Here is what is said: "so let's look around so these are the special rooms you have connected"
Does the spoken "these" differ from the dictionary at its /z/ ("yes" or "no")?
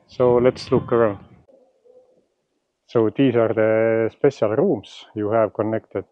yes